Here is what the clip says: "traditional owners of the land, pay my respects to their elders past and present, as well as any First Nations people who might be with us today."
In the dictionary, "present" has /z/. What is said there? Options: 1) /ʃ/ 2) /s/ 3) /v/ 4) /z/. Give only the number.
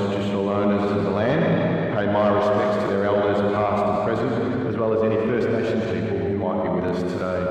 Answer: 4